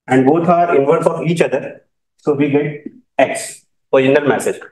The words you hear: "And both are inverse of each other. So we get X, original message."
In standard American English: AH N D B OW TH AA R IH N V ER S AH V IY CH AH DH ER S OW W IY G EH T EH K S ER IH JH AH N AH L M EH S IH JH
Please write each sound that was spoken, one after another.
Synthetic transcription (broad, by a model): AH N D B OW T AA R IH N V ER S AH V IY CH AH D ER S OW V IY G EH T EH K S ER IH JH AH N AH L M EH S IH JH